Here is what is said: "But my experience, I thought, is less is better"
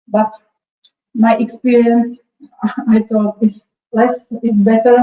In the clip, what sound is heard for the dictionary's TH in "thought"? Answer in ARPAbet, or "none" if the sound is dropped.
T